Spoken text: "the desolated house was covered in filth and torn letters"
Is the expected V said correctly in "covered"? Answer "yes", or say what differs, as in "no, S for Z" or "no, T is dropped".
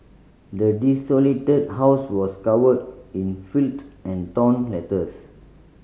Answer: no, W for V